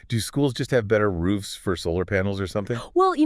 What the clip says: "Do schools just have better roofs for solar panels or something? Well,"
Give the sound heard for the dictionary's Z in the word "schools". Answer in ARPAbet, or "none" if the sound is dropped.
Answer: Z